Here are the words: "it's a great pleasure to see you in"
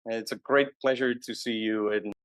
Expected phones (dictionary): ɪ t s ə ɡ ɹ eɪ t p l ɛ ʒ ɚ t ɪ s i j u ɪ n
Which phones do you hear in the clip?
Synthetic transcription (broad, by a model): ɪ t s ə ɡ ɹ eɪ t p l ɛ ʒ ɚ t ɪ s i j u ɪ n